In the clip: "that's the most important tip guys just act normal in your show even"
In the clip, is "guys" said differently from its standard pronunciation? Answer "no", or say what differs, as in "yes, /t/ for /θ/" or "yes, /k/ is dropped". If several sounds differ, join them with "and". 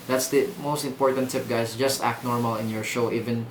yes, /s/ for /z/